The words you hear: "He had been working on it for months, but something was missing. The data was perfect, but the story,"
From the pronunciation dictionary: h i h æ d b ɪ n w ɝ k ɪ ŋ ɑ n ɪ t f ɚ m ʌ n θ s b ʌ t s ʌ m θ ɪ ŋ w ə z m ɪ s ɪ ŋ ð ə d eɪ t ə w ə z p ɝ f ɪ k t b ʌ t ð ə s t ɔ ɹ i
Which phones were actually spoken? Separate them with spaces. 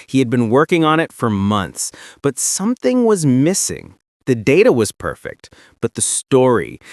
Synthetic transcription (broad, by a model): h i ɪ d b ɪ n w ɝ k ɪ ŋ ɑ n ɪ t f ɚ m ʌ n θ s b ʌ t s ʌ m θ ɪ ŋ w ə z m ɪ s ɪ ŋ ð ə d eɪ t ə w ə z p ɝ f ɪ k t b ʌ t ð ə s t ɔ ɹ i